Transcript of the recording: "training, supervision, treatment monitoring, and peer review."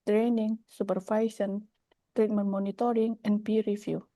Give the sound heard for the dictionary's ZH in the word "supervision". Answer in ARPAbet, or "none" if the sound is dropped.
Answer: S